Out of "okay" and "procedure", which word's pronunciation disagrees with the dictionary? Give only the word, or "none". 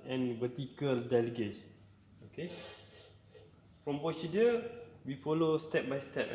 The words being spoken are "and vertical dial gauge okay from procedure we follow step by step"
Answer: procedure